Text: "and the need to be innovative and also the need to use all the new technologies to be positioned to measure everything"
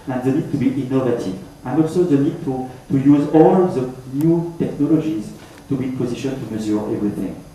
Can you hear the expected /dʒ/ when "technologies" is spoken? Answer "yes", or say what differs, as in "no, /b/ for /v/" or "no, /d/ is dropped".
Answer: yes